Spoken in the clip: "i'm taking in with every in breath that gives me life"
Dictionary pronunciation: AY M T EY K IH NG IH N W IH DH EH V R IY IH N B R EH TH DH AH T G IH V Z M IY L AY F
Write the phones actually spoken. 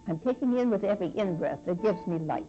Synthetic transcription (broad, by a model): AY M T EY K IH NG IH N W IH DH EH V R IY IH N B R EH S DH AH T G IH V Z M IY L AY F